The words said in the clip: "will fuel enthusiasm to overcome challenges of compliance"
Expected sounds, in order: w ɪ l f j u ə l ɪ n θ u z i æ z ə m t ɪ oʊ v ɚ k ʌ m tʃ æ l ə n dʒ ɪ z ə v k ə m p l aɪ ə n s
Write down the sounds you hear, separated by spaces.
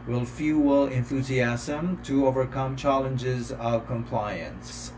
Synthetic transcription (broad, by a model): w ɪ l f j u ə l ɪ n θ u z i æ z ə m t ɪ oʊ v ɚ k ʌ m tʃ æ l ə n dʒ ɪ z ə v k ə m p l aɪ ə n s